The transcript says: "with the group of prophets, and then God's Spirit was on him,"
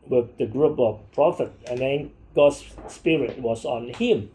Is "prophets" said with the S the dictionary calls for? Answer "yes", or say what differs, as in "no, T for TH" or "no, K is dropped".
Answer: no, S is dropped